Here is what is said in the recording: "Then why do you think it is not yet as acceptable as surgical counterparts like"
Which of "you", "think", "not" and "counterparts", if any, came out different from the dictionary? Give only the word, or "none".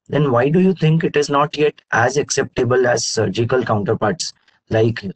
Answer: think